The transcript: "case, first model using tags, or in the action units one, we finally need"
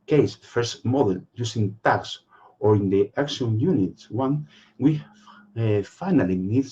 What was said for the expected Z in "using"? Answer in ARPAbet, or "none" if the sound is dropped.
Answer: S